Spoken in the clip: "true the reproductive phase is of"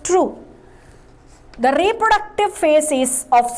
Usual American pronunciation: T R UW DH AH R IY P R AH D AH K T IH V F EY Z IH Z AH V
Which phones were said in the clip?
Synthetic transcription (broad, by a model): T R UW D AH R IY P R AH D AH K T IH V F EY S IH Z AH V